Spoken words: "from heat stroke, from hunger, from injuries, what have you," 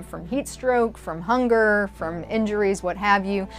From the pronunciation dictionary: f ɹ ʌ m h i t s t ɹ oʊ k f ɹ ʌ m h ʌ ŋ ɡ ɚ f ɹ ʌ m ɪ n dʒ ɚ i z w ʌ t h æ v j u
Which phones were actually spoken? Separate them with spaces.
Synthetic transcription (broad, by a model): f ɹ ʌ m h i t s t ɹ oʊ k f ɹ ʌ m h ʌ ŋ ɡ ɚ f ɹ ʌ m ɪ n dʒ ɚ i z w ʌ t h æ v j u